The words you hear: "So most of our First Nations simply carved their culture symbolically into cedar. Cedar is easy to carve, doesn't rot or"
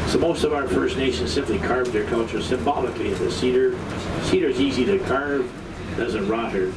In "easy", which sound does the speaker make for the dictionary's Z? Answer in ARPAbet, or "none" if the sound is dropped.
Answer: Z